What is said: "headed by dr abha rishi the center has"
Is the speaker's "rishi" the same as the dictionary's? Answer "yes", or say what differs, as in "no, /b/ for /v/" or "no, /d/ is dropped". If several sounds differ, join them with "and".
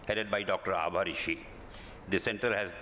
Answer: yes